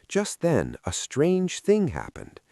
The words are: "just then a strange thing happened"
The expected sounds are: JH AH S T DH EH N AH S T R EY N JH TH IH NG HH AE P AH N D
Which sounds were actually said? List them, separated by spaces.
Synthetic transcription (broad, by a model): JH AH S T DH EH N AH S T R EY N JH TH IH NG HH AE P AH N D